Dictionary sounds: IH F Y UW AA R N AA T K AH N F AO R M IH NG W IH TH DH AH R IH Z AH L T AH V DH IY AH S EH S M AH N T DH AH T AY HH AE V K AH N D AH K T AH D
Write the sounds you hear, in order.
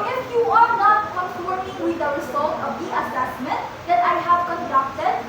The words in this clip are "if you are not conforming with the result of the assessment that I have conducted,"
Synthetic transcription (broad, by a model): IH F Y UW AA R N AA T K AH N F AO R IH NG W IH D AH W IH S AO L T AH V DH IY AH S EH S M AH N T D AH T AY HH AE V K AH N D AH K T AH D